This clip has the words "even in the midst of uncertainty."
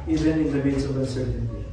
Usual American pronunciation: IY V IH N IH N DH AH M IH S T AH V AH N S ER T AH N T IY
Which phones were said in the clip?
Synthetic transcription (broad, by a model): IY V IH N IH N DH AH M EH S AH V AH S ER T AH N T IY